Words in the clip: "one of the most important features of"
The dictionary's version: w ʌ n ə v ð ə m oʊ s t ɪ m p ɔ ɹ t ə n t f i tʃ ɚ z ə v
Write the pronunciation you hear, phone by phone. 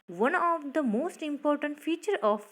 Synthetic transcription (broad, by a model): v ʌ n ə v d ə m oʊ s t ɪ m p ɔ ɹ t ə n t f i tʃ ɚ ə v